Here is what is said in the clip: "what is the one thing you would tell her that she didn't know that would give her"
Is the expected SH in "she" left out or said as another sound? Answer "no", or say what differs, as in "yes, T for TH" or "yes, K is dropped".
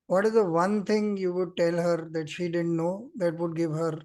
no